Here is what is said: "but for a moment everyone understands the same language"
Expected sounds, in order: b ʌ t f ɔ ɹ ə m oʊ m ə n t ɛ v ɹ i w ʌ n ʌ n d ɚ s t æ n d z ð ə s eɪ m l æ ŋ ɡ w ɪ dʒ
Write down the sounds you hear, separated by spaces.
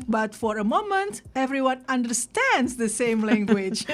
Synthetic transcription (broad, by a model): b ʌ t f ɔ ɹ ə m oʊ m ə n t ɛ v ɹ i w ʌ n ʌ n d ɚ s t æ n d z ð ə s eɪ m l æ ŋ ɡ w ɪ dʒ